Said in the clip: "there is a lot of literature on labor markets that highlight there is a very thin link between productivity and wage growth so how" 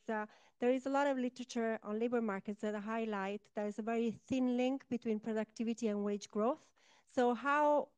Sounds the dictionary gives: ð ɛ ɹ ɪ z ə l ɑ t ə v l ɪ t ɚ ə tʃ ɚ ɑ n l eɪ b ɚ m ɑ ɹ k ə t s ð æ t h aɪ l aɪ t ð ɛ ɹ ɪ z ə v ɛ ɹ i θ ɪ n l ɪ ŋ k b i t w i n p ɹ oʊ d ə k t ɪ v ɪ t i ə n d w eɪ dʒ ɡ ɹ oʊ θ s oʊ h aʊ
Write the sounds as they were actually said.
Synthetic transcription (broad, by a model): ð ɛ ɹ ɪ z ə l ɑ t ə v l ɪ t ɚ ə tʃ ɚ ɑ n l eɪ b ɚ m ɑ ɹ k ə t s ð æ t h aɪ l aɪ t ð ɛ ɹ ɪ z ə v ɛ ɹ i θ ɪ n l ɪ ŋ k b i t w i n p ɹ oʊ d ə k t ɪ v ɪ t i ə n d w eɪ dʒ ɡ ɹ oʊ θ s oʊ h aʊ